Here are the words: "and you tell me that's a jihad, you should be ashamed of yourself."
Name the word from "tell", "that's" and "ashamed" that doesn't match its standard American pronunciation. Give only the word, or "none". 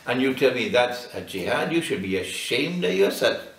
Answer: none